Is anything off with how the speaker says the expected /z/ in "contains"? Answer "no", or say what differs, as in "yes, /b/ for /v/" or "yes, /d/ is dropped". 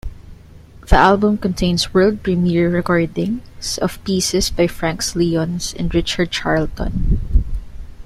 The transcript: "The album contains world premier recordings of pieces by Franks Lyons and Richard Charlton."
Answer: yes, /s/ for /z/